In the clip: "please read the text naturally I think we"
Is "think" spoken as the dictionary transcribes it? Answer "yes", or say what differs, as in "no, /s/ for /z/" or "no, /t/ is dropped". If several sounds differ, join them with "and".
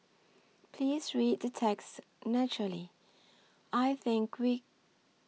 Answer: yes